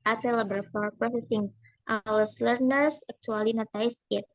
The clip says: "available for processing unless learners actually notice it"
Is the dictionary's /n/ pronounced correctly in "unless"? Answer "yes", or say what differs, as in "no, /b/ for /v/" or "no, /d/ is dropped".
no, /n/ is dropped